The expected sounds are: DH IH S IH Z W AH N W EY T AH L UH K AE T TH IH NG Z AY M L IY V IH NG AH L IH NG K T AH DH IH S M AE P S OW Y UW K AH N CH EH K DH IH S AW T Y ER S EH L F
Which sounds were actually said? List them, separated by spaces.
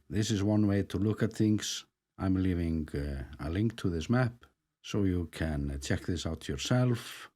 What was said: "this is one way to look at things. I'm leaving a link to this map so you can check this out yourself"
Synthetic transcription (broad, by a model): DH IH S IH Z W AH N W EY T AH L UH K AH T TH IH NG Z AY M L IY V IH NG AH L IH NG K T AH DH IH S M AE P S OW Y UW K AH N CH EH K DH IH S AW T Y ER S EH L F